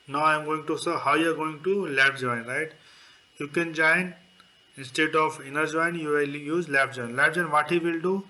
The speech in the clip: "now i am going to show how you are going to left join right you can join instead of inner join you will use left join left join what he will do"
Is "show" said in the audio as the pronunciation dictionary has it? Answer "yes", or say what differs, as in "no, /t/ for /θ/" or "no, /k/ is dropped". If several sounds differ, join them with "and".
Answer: no, /s/ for /ʃ/